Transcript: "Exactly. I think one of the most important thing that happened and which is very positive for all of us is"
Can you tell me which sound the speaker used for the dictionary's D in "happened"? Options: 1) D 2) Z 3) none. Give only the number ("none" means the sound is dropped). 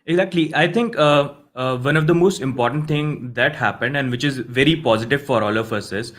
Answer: 1